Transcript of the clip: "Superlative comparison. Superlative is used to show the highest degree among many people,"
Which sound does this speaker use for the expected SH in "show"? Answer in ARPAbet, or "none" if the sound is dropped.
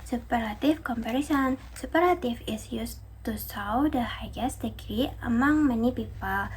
S